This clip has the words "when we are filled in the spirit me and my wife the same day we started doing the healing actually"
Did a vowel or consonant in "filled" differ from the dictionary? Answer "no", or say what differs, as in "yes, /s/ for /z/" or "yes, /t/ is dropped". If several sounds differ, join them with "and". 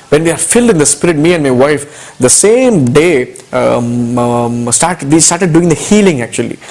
no